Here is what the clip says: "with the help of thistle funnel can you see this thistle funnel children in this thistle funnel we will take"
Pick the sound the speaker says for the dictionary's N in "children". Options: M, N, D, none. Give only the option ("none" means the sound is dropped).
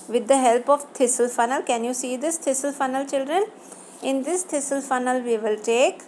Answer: N